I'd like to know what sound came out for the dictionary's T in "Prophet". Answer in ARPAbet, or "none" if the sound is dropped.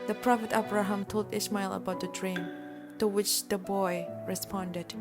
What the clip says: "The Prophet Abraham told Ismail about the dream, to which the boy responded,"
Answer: T